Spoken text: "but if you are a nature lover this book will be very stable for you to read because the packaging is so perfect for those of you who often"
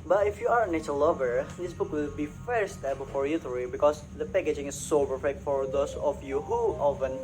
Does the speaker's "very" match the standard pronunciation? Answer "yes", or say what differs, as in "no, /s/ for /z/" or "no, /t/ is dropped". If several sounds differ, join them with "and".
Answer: no, /f/ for /v/